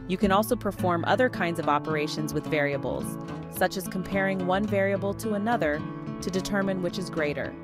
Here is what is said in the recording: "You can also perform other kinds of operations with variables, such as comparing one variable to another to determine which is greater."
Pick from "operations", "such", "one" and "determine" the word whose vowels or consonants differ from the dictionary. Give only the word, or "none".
none